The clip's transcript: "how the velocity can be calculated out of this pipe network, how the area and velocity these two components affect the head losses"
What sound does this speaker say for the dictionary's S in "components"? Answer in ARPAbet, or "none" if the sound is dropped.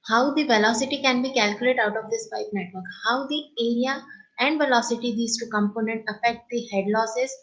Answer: none